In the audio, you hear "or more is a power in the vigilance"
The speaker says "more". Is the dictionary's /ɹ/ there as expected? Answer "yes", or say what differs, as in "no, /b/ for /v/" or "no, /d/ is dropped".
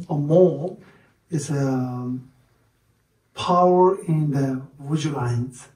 no, /l/ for /ɹ/